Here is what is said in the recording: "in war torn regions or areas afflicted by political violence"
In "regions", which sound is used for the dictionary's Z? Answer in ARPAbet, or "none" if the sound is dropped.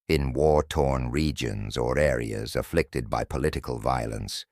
Z